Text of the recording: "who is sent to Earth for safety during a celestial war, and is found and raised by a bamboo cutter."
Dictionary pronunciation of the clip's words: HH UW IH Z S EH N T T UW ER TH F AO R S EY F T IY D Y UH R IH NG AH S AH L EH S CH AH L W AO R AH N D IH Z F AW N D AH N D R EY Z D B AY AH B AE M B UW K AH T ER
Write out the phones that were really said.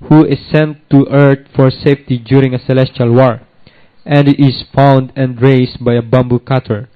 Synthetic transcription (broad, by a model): HH UW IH S EH N T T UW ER T F AO R S EY F T IY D Y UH R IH NG AH S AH L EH S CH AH L W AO R AH N D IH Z F AW N D AH N D R EY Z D B AY AH B AE M B UW K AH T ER